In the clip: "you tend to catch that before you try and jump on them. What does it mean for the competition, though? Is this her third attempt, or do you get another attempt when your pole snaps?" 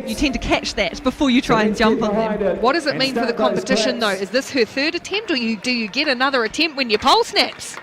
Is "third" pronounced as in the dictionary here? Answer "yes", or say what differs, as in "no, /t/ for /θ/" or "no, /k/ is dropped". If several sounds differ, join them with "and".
yes